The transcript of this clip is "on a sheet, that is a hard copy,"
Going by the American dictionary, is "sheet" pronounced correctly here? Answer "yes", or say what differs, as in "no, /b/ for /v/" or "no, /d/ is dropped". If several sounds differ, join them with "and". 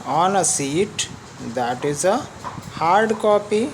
no, /s/ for /ʃ/